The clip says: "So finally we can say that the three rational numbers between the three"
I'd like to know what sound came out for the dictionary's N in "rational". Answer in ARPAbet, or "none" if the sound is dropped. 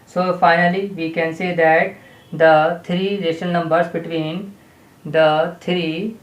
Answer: none